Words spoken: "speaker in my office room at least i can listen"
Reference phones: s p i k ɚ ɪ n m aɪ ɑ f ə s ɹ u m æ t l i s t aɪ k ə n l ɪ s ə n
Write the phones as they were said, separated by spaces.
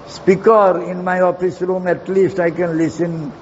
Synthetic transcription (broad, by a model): s p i k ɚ ɪ n m aɪ ɑ f ə s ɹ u m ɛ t l i s t aɪ k ə n l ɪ s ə n